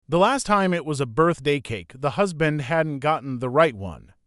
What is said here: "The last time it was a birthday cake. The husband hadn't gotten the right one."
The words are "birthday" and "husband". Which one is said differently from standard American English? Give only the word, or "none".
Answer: none